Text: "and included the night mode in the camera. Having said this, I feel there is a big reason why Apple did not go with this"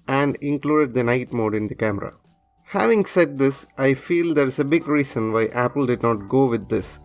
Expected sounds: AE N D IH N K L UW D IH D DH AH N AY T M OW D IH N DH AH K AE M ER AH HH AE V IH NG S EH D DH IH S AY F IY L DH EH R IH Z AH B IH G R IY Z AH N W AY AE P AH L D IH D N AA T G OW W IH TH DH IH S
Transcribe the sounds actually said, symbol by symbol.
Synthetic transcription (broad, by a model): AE N D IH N K L UW D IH D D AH N AY T M OW D IH N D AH K AE M ER AH HH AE V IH NG S EH D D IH S AY F IY L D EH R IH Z AH B IH G R IY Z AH N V AY AE P AH L D IH D N AA T G OW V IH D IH S